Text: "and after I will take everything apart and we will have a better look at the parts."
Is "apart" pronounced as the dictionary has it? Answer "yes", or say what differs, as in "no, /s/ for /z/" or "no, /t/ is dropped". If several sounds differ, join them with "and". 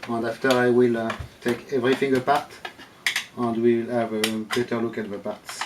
yes